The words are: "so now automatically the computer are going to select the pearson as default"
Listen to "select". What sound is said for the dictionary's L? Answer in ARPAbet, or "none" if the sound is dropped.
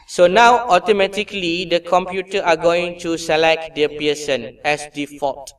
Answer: L